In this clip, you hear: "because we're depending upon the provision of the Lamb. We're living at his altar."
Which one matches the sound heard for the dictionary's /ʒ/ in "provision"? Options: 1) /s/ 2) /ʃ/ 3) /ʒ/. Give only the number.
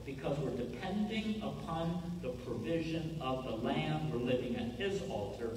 3